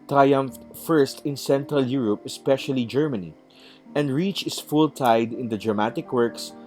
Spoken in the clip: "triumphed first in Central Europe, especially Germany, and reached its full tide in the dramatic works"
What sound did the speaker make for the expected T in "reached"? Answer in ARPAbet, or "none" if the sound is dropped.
none